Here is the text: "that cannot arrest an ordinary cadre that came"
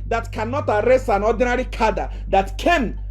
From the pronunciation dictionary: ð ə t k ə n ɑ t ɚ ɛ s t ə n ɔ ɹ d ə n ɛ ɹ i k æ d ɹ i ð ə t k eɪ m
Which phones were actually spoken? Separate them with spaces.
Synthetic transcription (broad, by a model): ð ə t k ə n ɑ t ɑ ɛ s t ə n ɔ d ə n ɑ ɹ i k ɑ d i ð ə t k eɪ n